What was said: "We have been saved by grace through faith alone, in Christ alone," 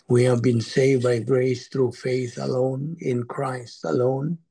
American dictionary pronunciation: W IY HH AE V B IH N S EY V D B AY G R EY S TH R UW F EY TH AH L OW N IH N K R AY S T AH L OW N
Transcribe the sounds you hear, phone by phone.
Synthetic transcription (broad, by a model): W IY HH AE V B IH N S EY V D B AY G R EY S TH R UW F EY TH AH L OW N IH N K R AY S T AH L OW N